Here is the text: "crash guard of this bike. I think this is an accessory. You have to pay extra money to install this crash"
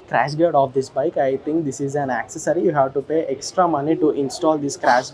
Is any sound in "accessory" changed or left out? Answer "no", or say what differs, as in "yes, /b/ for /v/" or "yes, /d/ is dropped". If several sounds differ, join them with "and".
no